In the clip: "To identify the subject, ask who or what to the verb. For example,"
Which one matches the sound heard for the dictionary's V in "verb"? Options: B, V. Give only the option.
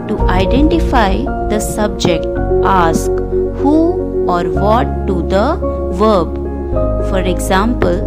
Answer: V